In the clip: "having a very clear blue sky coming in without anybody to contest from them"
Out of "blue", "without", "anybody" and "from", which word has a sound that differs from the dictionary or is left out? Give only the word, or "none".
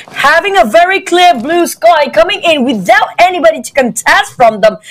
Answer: none